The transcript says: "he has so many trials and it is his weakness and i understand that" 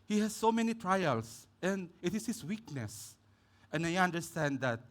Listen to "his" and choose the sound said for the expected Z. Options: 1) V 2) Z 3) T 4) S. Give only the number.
4